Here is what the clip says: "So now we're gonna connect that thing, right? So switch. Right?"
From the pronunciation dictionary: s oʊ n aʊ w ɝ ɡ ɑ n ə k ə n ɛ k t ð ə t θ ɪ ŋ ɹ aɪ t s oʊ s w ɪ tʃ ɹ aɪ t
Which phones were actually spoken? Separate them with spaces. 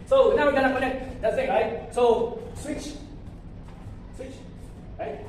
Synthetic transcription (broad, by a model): s oʊ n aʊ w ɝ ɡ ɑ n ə k ə n ɛ k t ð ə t s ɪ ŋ ɹ aɪ t s oʊ s w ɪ tʃ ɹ aɪ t